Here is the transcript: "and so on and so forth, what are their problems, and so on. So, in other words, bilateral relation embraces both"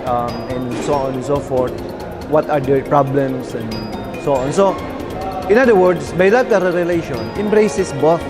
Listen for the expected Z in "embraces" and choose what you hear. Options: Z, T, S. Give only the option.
S